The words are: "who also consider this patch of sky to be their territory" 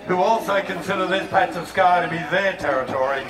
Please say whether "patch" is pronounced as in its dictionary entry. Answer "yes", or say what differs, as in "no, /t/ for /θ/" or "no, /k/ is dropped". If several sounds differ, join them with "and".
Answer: no, /s/ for /tʃ/